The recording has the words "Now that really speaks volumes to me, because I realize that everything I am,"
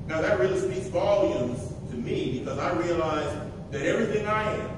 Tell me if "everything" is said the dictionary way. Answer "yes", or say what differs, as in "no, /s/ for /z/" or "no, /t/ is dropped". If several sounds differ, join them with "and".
yes